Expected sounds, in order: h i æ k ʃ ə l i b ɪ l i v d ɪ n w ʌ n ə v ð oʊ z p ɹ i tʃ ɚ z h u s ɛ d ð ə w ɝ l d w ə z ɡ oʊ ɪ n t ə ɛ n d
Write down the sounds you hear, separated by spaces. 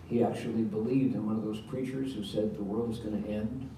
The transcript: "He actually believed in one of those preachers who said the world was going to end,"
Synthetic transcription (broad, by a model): h i æ k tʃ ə l i b ɪ l i v d ɪ n w ʌ n ə v ð oʊ z p ɹ i tʃ ɚ z h u s ɛ d ð ə w ɝ l d w ə z ɡ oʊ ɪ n t ɛ n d